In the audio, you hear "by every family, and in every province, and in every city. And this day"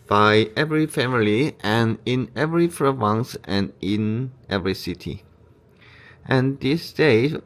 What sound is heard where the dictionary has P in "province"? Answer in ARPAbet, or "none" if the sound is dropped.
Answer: F